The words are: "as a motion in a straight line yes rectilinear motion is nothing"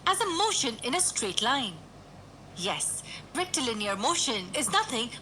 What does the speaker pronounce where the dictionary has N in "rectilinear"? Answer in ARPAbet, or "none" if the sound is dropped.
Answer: N